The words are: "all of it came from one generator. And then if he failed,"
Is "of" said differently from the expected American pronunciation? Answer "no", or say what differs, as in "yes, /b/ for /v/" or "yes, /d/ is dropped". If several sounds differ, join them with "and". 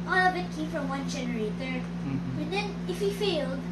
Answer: yes, /b/ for /v/